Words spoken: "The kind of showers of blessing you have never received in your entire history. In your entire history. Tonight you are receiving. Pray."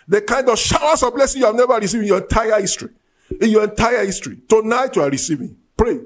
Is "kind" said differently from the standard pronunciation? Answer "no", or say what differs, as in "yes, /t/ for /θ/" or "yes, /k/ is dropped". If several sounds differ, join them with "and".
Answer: no